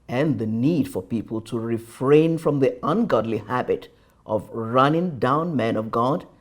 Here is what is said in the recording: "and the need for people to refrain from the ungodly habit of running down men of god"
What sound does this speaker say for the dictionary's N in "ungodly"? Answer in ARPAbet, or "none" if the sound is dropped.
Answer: N